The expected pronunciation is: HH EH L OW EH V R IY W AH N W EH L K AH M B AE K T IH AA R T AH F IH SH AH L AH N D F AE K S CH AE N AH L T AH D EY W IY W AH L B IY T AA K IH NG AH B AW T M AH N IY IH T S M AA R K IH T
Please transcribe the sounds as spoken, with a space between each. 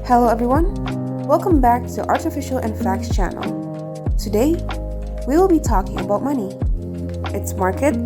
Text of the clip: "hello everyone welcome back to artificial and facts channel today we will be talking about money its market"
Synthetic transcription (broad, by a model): HH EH L OW EH V R IY W AH N W EH L K AH M B AE K T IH AA R T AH F IH SH L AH N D F AE K S CH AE N L T AH D EY W IY W AH L B IY T AA K IH NG AH B AW T M AH N IY IH T S M AA R K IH T